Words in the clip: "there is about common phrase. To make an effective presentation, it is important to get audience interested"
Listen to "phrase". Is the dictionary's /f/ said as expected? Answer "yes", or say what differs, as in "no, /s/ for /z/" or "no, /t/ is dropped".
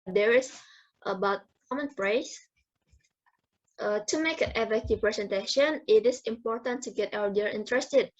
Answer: no, /p/ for /f/